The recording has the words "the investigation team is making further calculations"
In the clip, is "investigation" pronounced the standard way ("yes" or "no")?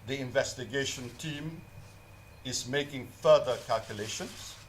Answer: yes